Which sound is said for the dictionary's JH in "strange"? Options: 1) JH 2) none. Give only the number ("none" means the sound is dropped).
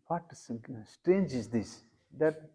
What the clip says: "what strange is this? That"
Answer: 1